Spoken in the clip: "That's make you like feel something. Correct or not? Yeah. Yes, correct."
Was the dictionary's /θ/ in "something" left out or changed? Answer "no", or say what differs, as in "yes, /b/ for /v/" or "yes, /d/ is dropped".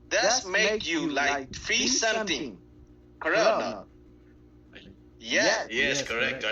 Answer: yes, /t/ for /θ/